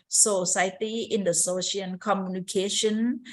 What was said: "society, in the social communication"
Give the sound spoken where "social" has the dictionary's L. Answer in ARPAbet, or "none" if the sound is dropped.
N